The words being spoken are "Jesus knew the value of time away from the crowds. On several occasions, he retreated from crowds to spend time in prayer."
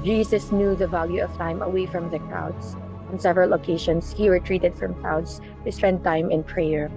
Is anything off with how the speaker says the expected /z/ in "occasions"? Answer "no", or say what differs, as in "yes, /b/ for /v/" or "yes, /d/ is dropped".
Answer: yes, /s/ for /z/